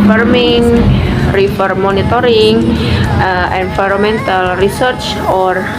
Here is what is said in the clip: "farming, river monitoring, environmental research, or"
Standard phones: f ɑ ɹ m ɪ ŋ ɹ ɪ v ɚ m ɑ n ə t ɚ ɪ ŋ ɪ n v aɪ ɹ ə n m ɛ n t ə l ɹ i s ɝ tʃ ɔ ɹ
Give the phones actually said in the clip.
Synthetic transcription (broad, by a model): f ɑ ɹ m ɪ ŋ ɹ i f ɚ m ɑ n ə t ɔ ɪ ŋ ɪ n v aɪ ɹ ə m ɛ n t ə l ɹ i s ɝ tʃ ɔ ɹ